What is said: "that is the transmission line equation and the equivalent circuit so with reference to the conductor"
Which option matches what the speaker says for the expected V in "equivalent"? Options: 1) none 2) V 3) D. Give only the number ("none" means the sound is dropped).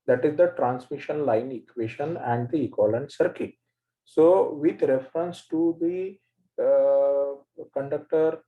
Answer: 1